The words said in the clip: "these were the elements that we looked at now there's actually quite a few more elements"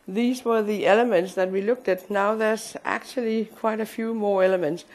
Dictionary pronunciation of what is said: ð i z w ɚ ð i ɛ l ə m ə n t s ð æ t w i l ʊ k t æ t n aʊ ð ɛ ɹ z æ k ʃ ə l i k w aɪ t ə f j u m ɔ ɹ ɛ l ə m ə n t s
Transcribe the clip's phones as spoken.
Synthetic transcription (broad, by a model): ð i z w ɚ ð i ɛ l ə m ə n t s ð æ t w i l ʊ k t æ t n aʊ ð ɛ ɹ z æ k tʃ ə l i k w aɪ t ə f j u m ɔ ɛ l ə m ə n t s